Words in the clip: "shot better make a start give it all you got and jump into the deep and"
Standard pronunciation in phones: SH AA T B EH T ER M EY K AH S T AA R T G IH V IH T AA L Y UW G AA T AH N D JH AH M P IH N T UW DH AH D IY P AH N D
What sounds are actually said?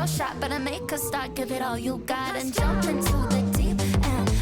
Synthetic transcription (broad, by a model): SH AA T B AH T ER M EY K AH S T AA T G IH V IH T AA L Y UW G AA T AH N JH AH M P IH N T UW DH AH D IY AH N